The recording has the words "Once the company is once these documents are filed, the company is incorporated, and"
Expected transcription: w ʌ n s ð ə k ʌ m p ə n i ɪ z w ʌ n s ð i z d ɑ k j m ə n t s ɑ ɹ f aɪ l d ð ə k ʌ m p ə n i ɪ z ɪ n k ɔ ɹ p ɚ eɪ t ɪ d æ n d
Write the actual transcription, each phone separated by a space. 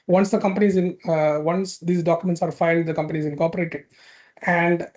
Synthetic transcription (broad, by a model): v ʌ n s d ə k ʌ m p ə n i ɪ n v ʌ n s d i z d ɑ k j ə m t s ɑ ɹ f aɪ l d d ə k ʌ m p ə n i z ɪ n k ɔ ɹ p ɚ eɪ t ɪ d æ n d